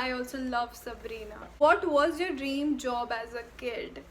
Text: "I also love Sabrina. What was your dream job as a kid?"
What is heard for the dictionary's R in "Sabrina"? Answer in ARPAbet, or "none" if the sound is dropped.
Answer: R